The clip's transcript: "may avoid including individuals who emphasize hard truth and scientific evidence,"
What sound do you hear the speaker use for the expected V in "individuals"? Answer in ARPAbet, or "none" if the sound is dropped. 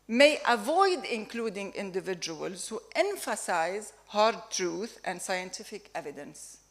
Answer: V